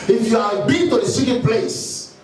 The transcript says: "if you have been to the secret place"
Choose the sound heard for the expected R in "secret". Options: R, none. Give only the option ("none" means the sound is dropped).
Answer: none